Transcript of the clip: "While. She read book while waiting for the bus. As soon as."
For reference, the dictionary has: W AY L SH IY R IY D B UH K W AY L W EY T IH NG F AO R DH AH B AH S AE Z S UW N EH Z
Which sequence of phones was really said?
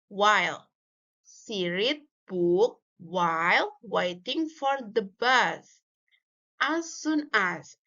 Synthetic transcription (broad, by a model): W AY L S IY R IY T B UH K W AY L W EY T IH NG F AO R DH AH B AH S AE S UW N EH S